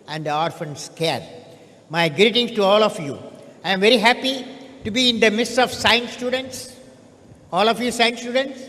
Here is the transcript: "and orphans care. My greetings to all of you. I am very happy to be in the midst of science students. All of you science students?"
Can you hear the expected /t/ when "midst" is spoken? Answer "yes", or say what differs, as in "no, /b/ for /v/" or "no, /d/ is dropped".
no, /t/ is dropped